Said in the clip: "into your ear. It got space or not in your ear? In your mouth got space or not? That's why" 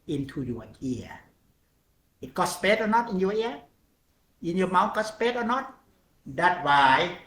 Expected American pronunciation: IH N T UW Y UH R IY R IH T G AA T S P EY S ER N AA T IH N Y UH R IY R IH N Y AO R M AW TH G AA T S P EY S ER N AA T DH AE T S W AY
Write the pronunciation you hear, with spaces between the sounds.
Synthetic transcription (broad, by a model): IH N T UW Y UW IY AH IH T G AA T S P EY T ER N AA T IH N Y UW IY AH IH N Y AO M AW T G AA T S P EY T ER N AA T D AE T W AY